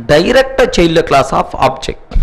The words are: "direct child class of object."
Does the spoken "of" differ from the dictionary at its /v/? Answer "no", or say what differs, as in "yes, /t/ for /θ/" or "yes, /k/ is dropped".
yes, /p/ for /v/